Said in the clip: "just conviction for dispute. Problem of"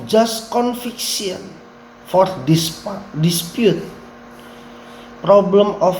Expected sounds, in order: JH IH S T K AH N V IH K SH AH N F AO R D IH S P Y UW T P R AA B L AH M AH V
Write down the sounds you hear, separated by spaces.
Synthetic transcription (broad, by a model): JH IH S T K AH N F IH K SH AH N F AO R D IH S P Y UW T P R AA B L AH M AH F